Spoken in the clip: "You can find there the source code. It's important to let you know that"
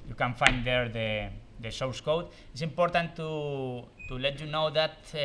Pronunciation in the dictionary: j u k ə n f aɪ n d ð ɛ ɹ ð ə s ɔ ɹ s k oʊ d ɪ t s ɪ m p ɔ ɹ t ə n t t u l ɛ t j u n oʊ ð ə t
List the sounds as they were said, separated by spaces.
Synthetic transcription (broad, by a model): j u k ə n f aɪ n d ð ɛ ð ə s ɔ w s k oʊ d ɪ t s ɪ m p ɔ ɹ t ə n t t u l ɛ t j u n oʊ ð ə t